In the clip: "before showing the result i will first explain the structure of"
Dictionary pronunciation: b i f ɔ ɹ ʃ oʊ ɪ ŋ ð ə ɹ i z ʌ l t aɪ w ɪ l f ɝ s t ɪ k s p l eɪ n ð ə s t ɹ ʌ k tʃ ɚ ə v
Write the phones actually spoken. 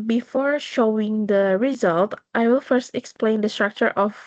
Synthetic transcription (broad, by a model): b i f ɔ ɹ ʃ oʊ ɪ ŋ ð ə ɹ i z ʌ l t aɪ w ɪ l f ɝ s t ɪ k s p l eɪ n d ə s t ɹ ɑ k tʃ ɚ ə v